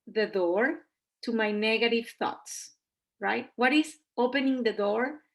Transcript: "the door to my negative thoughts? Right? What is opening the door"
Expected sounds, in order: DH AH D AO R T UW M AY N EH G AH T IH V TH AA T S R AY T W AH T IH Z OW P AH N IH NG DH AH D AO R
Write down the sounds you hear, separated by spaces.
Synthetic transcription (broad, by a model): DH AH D AO R T UW M AY N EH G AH T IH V TH AA T S R AY T W AH T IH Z OW P AH N IH NG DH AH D AO R